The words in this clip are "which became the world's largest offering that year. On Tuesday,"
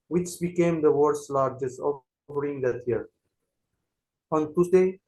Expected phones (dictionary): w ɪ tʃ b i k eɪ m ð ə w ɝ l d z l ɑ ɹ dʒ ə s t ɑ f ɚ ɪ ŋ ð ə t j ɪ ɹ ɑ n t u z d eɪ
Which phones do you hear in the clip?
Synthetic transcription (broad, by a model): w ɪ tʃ b i k eɪ m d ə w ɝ d s l ɑ ɹ dʒ ə s t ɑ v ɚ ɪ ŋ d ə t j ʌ ɹ ɑ n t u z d eɪ